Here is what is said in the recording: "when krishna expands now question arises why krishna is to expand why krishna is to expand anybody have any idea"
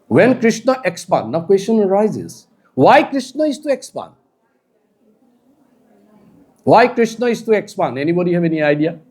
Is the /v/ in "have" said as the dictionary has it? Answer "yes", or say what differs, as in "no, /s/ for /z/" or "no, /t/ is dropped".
no, /b/ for /v/